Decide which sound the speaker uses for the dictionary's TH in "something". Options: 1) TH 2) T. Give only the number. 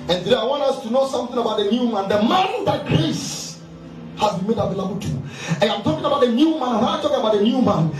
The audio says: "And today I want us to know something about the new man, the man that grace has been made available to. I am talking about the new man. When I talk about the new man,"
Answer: 1